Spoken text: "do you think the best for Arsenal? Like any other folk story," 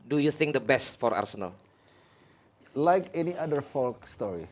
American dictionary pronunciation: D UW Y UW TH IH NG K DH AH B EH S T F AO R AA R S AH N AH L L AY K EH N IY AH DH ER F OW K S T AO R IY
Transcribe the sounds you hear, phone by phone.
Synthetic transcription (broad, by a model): D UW Y UW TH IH NG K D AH B EH S T F AO R AA R S AH N AH L L AY K EH N IY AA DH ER F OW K S T AO R IY